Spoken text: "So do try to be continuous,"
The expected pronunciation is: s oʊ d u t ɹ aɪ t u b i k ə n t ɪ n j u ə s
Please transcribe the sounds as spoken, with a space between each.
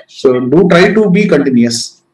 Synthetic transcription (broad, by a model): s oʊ d u t ɹ aɪ t u b i k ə n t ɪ n j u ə s